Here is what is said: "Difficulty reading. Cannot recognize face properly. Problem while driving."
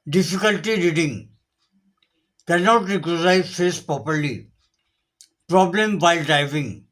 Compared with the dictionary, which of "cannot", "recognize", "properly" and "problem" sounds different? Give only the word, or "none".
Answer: recognize